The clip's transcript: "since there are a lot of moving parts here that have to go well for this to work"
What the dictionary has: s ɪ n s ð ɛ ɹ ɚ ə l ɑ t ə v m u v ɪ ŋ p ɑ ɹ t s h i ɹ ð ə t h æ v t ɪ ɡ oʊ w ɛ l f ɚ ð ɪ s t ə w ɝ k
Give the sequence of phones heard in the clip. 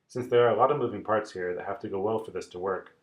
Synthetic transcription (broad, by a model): s ɪ n s ð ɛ ɹ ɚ ə l ɑ t ə v m u v ɪ ŋ p ɑ ɹ t s h i ɹ ð ə t h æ f t ɪ ɡ oʊ w ɛ l f ɚ ð ɪ s t ə w ɝ k